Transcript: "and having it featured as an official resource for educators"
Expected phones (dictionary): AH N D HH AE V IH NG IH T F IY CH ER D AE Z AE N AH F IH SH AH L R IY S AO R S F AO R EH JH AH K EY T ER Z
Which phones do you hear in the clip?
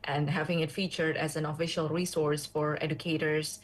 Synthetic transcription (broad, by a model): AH N D HH AE V IH NG IH T F IY CH ER D AE Z AE N AH F IH SH AH L R IY S AO R S F AO R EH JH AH K EY T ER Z